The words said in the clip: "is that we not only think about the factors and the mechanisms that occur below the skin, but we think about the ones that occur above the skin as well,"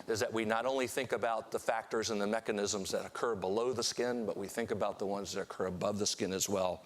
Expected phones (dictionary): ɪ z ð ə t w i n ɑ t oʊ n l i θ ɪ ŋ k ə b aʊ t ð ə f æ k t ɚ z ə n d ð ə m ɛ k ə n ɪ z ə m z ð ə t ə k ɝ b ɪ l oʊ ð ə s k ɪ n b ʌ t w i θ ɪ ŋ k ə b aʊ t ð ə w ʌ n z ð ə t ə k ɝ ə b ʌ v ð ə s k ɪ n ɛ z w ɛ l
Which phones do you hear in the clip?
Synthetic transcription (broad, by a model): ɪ z ð ə t w i n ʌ t oʊ n l i θ ɪ ŋ k ə b aʊ t ð ə f æ k t ɚ z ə n ð ə m ɛ k ə n ɪ z ə m z ð ə t ə k ɝ b ɪ l oʊ ð ə s k ɪ n b ʌ t w i θ ɪ ŋ k ə b aʊ t ð ə w ʌ n z ð ə t ə k ɝ ə b ʌ v ð ə s k ɪ n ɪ z w ɛ l